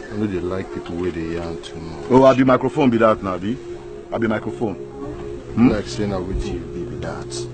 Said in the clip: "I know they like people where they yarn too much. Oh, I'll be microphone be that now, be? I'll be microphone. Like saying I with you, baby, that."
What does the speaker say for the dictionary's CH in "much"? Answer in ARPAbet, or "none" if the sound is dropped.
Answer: none